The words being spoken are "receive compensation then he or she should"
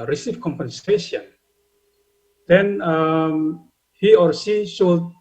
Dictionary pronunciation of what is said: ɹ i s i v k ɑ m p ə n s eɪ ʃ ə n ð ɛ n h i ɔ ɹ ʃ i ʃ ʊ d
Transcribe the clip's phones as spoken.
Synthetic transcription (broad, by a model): ɹ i s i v k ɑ m p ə n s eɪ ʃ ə n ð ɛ n h i ɔ ɹ s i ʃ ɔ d